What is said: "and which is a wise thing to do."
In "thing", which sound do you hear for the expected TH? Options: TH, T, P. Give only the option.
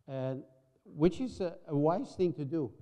TH